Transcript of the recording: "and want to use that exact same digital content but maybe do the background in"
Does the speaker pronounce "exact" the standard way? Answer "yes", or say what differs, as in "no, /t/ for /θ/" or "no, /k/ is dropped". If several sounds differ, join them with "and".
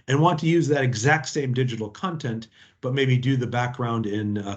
yes